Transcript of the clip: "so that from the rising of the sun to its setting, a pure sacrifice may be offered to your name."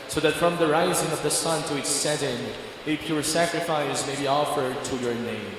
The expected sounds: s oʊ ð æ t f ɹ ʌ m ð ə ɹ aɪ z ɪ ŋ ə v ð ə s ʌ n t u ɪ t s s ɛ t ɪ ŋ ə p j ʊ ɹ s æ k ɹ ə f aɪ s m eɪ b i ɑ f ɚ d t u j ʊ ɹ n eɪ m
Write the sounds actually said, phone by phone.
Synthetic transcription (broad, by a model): s oʊ ð æ t f ɹ ʌ m ð ə ɹ aɪ z ɪ ŋ ə v ð ə s ʌ n t u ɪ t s s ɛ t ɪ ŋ ə p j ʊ ɹ s æ k ɹ ə f aɪ s m eɪ b i ɑ f ɚ d t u j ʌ ɹ n eɪ m